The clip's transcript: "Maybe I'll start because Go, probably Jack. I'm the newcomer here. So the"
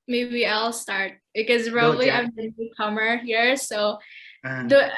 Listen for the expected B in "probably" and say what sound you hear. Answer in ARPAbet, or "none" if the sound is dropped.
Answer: none